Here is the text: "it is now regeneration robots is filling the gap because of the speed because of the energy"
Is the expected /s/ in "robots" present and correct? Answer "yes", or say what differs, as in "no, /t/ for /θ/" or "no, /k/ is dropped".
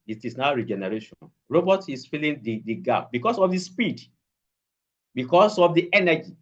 no, /s/ is dropped